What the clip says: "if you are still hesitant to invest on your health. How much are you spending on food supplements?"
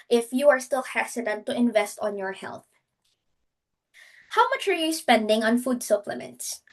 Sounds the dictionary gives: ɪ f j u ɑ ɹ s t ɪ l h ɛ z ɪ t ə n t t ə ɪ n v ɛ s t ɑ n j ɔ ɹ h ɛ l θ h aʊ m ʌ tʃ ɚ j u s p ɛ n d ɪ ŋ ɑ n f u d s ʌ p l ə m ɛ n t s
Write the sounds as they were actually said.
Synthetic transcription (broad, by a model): ɪ f j u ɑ ɹ s t ɪ l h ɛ s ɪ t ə n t t ə ɪ n v ɛ s t ɑ n j ɔ ɹ h ɛ l θ h aʊ m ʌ tʃ ɚ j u s p ɛ n d ɪ ŋ ɑ n f u d s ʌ p l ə m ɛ n t s